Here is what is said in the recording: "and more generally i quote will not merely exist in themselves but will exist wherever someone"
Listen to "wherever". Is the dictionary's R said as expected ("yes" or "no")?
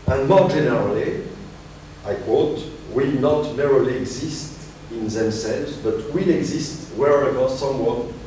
yes